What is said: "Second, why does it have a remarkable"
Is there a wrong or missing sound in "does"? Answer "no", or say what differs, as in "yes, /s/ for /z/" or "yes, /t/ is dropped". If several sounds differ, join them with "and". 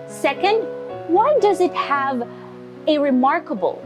no